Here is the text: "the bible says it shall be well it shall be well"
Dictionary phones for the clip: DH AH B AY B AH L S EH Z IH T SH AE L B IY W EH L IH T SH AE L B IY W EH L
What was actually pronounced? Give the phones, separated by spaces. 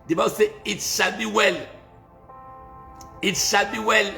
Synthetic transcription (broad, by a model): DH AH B AY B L S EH IH T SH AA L B IY W EH L IH T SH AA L B IY W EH L